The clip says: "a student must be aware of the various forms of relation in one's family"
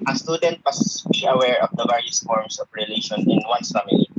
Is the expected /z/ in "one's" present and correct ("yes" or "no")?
no